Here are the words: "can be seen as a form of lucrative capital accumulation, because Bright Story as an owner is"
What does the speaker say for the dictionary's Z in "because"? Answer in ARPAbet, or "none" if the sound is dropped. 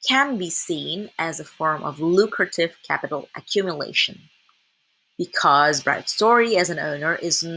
Z